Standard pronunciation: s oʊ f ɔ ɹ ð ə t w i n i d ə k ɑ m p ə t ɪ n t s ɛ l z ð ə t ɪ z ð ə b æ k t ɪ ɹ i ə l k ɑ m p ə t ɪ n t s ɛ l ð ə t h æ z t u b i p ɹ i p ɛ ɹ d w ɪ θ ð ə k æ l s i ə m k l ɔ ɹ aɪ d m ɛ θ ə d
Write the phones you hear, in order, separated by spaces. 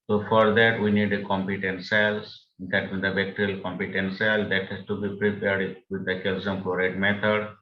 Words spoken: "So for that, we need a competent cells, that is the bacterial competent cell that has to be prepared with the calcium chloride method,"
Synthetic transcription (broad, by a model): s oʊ f ɔ ɹ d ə t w i n i d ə k ɑ m p ə t ɪ n t s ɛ l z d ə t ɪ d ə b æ k t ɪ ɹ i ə l k ɑ m p ə t ɪ n t s ɛ l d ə t h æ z t u b i p ɹ i p ɛ ɹ d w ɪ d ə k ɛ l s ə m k ɔ ɹ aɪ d m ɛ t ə d